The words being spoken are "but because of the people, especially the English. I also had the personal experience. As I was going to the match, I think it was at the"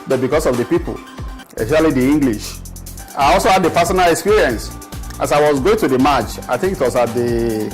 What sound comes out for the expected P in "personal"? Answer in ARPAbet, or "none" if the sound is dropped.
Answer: F